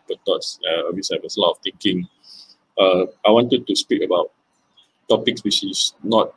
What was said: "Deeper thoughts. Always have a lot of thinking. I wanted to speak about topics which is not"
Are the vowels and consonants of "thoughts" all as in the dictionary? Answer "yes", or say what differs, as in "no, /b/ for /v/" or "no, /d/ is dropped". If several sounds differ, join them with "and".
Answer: no, /t/ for /θ/